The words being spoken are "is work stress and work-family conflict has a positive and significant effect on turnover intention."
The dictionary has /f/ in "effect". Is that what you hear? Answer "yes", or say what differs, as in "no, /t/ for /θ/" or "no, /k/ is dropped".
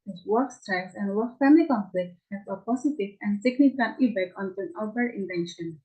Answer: no, /p/ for /f/